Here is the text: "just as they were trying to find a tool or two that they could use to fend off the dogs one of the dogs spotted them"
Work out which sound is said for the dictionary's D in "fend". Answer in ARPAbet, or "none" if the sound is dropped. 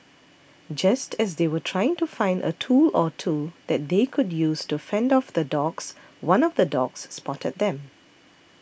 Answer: D